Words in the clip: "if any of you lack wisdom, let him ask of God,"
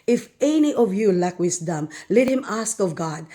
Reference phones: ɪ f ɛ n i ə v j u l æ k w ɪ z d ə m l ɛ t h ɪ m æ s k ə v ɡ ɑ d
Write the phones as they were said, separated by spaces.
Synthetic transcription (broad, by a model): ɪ f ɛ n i ə v j u l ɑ k w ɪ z d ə m l ɛ t h ɪ m æ s k ə v ɡ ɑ d